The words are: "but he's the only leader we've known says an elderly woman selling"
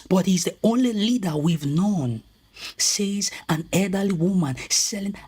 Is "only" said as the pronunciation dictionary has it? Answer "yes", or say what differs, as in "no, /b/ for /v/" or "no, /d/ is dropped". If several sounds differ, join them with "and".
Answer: yes